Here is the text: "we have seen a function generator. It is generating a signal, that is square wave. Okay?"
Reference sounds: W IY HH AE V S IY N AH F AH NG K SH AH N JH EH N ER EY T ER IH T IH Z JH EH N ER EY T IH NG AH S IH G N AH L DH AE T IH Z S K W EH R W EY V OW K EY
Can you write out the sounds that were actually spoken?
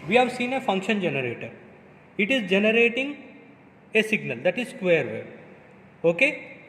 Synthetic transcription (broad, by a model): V IY HH AE V S IY N AH F AH NG K SH AH N JH EH N ER EY T ER IH T IH Z JH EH N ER EY T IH NG AH S IH G N AH L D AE T IH Z S K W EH R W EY OW K EY